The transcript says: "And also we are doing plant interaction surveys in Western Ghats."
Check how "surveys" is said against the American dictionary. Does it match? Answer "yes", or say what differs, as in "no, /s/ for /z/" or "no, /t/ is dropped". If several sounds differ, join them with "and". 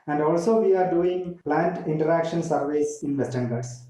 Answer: no, /s/ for /z/